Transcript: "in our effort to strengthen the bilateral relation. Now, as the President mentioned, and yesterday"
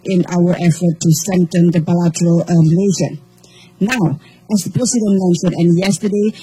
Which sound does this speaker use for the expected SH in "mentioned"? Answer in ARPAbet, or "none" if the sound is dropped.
S